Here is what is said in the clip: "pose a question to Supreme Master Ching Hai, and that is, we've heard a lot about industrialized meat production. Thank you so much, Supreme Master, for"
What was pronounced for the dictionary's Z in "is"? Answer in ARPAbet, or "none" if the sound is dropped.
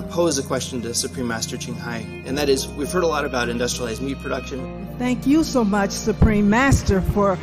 Z